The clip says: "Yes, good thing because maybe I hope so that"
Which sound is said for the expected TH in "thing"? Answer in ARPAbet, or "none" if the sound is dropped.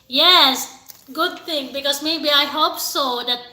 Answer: T